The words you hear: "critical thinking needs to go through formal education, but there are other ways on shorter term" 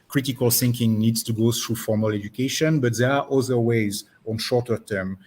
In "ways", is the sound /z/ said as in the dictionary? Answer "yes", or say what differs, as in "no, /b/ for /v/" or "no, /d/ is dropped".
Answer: yes